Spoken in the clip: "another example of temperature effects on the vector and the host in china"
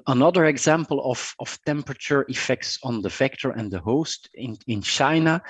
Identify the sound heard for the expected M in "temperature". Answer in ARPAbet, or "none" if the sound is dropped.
M